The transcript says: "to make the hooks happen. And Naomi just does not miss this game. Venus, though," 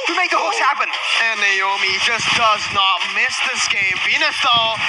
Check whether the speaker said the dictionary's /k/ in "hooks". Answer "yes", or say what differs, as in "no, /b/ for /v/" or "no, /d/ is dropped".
no, /k/ is dropped